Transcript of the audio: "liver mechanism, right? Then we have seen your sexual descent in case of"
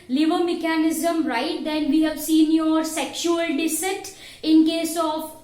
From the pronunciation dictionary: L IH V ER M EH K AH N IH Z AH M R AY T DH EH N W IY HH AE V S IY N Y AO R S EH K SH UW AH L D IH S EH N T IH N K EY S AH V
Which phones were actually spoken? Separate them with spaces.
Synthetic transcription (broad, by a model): L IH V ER M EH K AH N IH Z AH M R AY T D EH N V IY HH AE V S IY N Y AO R S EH K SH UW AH L D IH S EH T IH N K EY S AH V